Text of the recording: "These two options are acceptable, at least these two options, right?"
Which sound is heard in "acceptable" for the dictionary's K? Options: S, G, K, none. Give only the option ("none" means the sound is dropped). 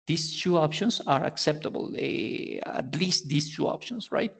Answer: K